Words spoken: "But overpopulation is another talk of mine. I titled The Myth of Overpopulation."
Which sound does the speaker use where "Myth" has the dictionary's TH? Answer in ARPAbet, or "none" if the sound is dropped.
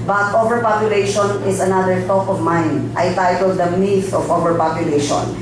F